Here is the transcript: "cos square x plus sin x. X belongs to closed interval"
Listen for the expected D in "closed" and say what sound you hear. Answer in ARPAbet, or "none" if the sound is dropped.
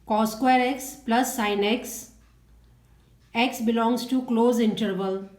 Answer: none